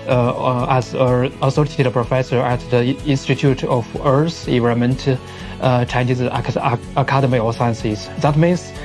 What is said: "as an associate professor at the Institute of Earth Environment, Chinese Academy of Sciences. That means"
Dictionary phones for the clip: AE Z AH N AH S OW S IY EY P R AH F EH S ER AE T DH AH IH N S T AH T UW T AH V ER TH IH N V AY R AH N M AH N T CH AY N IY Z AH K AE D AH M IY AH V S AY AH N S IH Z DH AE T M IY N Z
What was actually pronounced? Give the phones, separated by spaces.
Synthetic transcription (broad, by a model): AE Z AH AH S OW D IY P R AH F EH S ER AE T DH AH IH N S T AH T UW T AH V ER S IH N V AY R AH M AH N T CH AY N IY Z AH K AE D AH M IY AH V S AY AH N S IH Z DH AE T M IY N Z